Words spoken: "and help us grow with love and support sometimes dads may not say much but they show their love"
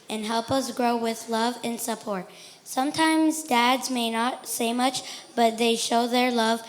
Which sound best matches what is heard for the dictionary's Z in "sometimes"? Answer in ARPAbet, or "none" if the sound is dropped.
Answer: Z